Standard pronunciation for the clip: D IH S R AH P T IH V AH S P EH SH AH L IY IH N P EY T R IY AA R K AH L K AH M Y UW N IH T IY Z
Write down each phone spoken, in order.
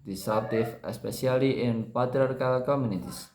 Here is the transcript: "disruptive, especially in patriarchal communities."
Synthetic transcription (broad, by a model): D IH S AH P T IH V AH S P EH S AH L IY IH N P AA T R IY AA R K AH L K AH M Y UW N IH T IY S